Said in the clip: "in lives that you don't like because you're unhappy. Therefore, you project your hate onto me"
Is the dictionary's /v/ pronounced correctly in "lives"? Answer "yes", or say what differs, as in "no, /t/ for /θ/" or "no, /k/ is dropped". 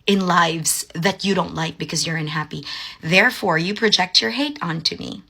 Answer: yes